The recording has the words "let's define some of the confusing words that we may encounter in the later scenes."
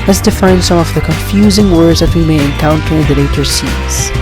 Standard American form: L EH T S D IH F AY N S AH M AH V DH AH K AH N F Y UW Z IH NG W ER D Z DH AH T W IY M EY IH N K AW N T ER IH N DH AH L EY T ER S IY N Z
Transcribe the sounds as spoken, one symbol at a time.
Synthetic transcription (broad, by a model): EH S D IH F AY N S AH M AH V DH AH K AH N F Y UW Z IH NG W ER D Z DH AH T W IY M EY IH N K AW N T ER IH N DH AH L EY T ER S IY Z